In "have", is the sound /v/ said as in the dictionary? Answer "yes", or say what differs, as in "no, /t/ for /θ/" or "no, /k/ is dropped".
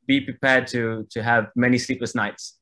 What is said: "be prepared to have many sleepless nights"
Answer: yes